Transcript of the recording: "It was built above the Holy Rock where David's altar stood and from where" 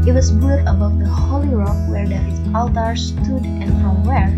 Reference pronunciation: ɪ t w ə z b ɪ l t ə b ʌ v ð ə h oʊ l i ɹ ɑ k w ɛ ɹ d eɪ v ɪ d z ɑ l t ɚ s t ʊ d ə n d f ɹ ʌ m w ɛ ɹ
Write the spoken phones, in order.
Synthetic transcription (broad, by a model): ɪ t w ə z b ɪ t ə b ʌ v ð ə h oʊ l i ɹ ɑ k w ɛ ɹ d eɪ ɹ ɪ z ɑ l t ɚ s t ʊ d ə n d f ɹ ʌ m w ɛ ɹ